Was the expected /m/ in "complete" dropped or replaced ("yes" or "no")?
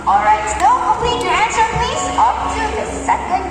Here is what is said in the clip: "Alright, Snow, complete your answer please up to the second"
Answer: yes